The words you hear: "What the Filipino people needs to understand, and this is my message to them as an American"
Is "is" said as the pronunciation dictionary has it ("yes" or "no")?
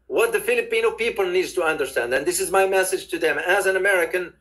yes